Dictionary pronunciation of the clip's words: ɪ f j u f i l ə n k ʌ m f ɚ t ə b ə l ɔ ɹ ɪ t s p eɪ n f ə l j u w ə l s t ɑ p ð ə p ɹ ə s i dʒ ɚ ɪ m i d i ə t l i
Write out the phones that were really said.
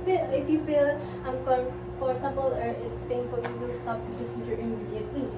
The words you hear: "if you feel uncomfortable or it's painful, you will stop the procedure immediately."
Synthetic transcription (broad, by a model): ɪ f j u f i l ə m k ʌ f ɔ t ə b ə l ɔ ɹ ɪ t s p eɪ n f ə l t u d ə s t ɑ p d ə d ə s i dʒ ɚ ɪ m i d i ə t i